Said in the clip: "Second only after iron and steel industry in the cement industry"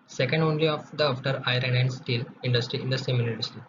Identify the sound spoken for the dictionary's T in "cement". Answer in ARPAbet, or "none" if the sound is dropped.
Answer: none